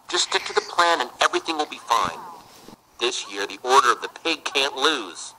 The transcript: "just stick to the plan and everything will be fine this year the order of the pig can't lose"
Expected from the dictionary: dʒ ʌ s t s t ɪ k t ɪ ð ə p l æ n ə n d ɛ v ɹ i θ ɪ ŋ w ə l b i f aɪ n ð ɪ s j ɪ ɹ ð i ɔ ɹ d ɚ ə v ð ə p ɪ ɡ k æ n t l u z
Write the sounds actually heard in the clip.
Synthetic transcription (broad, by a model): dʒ ʌ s s t ɪ k t ɪ ð ə p l æ n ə n ɛ v ɹ i θ ɪ ŋ w ə l b i f aɪ n ð ɪ s j ɪ ɹ ð i ɔ ɹ d ɚ ə v ð ə p ɪ ɡ k æ n t l u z